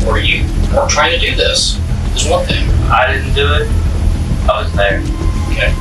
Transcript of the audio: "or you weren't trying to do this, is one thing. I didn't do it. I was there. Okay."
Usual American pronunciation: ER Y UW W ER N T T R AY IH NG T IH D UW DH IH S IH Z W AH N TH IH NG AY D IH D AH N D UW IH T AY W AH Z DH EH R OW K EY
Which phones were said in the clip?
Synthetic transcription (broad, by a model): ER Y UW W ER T T R AY IH NG T IH D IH DH IH S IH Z W AH N TH IH NG AY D IH D N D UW IH T AY W AH Z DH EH R OW K EY